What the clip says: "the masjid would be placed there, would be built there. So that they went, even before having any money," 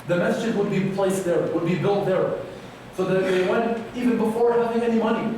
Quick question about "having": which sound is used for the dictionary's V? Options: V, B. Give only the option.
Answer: V